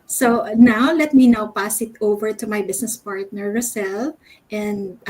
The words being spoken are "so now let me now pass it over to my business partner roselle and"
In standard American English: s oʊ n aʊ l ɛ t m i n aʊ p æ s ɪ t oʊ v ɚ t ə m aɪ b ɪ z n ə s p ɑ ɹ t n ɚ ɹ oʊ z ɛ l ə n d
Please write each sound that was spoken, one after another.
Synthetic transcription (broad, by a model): s oʊ n aʊ l ɛ t m i n aʊ p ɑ s ɪ t oʊ v ɚ t ə m aɪ b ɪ s n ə s p ɑ ɹ t n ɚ ɹ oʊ s ɛ l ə n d